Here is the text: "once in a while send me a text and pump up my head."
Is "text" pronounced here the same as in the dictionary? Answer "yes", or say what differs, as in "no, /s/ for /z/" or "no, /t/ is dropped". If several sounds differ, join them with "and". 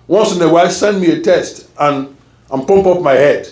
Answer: no, /k/ is dropped